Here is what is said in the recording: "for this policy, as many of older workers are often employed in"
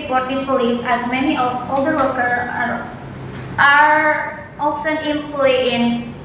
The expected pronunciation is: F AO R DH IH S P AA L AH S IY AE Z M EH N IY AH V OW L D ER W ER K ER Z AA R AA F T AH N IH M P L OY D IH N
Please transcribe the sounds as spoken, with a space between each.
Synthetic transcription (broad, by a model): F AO R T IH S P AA L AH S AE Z M EH N IY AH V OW L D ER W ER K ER AA R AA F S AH N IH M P L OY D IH N